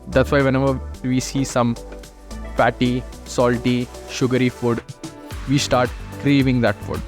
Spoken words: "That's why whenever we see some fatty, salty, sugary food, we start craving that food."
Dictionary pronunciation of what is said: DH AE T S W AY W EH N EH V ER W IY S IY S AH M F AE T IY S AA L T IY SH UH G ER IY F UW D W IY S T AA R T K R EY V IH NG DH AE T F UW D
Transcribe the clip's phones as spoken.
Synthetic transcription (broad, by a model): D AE T S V AY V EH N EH V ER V IY S IY S AH M P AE T IY S AA L T IY SH UH G ER IY F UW D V IY S T AA R T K R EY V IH NG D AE T F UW D